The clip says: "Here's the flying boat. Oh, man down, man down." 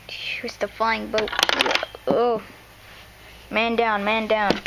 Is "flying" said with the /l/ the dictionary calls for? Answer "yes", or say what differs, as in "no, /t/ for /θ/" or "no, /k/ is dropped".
no, /l/ is dropped